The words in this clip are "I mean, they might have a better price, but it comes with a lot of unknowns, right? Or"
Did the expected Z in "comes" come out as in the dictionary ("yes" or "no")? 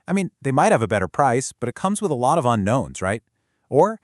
yes